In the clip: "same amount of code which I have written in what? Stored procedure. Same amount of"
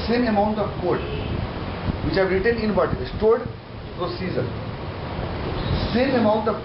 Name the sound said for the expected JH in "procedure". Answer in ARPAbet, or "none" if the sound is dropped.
Z